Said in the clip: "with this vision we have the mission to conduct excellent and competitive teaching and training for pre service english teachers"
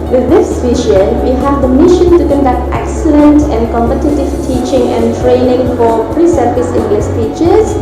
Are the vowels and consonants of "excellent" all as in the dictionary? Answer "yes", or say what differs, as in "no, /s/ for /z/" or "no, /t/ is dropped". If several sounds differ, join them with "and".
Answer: yes